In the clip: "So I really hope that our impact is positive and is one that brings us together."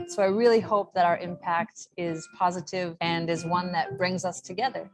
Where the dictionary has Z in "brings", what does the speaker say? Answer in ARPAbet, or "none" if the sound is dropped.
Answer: Z